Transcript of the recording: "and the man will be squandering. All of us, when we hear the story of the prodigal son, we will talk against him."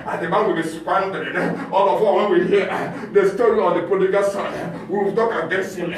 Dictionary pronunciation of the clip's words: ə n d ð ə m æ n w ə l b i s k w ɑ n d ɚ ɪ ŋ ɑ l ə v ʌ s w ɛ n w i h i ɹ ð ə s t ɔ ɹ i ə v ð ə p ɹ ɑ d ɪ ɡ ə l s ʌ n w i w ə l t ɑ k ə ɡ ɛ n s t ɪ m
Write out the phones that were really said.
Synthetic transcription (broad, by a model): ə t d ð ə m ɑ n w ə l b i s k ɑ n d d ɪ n ɑ l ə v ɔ w ɛ n w i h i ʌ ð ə s t ɔ ɹ i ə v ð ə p ɑ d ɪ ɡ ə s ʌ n w i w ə t ɑ k ə ɡ ɛ n s t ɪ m